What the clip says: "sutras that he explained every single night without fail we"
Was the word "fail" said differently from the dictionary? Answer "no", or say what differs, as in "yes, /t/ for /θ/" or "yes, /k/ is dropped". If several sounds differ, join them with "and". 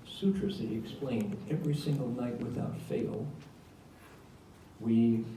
no